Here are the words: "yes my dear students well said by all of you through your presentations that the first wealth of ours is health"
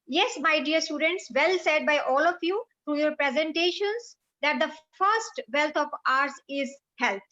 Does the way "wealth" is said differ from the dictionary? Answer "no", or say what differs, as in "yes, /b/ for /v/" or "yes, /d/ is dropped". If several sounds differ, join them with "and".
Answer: yes, /t/ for /θ/